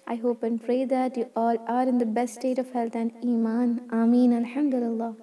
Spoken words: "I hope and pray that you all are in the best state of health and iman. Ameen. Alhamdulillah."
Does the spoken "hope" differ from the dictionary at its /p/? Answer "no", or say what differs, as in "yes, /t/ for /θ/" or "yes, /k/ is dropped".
no